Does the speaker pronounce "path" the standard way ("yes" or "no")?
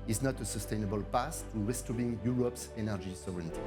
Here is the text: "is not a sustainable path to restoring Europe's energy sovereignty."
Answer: no